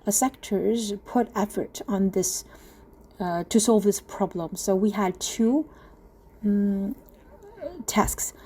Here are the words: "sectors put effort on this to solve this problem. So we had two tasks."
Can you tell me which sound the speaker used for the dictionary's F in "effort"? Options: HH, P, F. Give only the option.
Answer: F